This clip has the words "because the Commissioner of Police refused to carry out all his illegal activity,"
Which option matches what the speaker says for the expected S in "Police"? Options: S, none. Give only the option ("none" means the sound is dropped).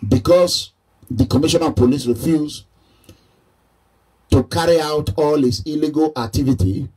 S